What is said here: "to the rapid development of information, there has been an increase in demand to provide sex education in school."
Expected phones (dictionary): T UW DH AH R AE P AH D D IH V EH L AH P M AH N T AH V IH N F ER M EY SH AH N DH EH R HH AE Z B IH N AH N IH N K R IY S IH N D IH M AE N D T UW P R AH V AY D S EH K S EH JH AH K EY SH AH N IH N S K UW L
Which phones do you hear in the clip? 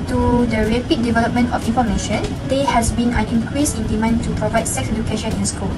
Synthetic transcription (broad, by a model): T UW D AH R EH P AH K D IH V EH L AH P M AH N T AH F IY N F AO M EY SH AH N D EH HH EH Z B IH N AH N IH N K R IY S IH N D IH M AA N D T UW P R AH V AY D S EH K S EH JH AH K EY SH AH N IH N S K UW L